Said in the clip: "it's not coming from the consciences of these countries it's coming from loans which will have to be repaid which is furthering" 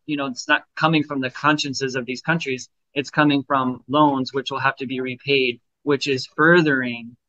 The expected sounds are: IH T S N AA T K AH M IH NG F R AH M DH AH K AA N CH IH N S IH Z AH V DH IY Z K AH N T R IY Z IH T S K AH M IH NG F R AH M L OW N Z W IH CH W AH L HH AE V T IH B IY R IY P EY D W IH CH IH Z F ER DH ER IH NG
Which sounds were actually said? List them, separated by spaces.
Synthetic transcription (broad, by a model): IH T S N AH T K AH M IH NG F R AH M DH AH K AA N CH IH N S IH Z AH V DH IY Z K AH N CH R IY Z IH T S K AH M IH NG F R AH M L OW N Z W IH CH W AH L HH AE F T IH B IY R IY P EY D W IH CH IH Z F ER DH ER IH NG